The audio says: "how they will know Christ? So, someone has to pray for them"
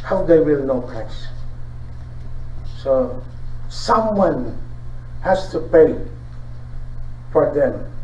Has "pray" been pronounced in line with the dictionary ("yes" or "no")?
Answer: no